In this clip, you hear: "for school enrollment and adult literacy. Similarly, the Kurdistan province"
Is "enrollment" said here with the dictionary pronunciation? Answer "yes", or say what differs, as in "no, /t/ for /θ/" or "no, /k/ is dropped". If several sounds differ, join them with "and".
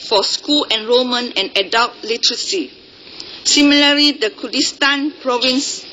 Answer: no, /l/ is dropped and /t/ is dropped